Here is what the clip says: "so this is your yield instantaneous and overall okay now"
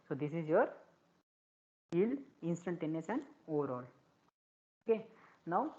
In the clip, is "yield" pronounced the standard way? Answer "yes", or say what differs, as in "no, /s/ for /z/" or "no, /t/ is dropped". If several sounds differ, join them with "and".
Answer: no, /d/ is dropped